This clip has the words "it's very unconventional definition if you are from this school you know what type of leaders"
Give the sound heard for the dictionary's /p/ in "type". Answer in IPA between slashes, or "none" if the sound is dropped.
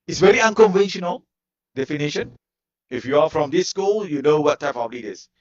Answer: /p/